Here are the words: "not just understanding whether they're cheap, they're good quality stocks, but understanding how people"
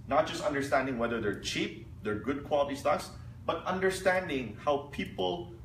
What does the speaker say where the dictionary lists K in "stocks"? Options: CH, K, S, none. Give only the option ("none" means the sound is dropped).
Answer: none